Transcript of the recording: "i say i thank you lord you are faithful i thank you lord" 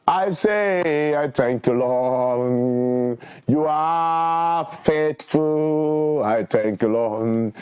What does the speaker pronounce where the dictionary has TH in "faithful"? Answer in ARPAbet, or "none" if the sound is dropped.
T